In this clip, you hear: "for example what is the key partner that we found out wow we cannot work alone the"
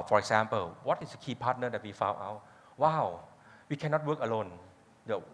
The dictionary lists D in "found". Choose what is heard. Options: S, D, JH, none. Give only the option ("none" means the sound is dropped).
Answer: none